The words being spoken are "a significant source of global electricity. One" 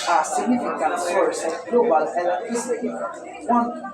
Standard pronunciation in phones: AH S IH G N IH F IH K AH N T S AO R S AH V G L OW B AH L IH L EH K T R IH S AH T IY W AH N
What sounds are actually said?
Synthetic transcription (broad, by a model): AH S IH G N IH F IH K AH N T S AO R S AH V G L OW B AH L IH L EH T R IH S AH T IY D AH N